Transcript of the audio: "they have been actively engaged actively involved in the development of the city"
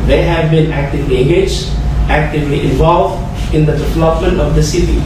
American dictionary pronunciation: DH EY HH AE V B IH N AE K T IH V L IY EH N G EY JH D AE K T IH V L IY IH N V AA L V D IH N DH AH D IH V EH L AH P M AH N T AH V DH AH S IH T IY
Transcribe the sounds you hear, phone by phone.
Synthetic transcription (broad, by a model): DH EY HH AE V B IH N AE K T IH V L IY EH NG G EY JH AE K T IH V L IY IH N V AA L V D IH N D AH D IH V EH L AH P M AH N T AH V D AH S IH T IY